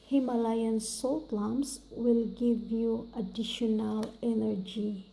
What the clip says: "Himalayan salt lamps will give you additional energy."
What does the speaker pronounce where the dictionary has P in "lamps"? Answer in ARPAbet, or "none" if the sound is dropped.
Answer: none